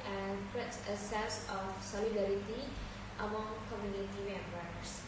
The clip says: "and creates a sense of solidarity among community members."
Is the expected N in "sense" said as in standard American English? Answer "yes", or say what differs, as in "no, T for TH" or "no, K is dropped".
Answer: no, N is dropped